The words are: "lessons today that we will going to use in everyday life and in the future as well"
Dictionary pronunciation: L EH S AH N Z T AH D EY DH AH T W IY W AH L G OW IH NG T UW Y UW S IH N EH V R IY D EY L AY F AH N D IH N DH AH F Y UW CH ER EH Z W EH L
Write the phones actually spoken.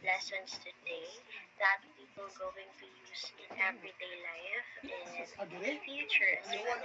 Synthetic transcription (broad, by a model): L EH S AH N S T AH D EY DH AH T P IY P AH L G OW IH NG T UW Y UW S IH N EH V R IY D EY L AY AH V IH N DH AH F Y UW CH ER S